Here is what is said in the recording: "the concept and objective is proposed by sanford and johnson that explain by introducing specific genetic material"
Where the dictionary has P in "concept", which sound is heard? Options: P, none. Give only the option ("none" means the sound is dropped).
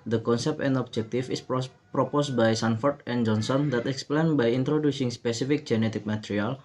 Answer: P